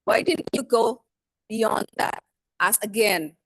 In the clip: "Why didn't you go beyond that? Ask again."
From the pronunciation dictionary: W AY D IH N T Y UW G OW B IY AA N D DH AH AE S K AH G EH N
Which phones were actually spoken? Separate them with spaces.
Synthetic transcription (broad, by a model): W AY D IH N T Y UW G OW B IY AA N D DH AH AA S AH G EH N